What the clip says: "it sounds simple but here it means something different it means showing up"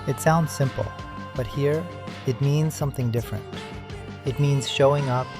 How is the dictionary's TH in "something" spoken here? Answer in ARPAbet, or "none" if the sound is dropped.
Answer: TH